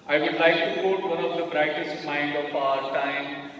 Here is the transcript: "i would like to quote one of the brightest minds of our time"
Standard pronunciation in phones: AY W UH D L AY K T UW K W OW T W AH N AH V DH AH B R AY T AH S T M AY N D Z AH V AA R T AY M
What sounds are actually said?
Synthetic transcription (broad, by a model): AY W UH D L AY K T UW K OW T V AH N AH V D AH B R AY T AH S M AY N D AH F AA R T AY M